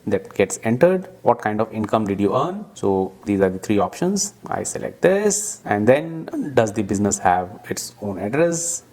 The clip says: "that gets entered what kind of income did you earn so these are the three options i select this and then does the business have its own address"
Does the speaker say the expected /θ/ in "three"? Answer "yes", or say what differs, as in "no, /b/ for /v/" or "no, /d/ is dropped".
no, /t/ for /θ/